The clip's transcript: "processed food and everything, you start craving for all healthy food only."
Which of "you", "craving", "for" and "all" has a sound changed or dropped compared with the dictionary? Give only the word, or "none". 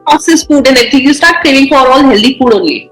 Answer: craving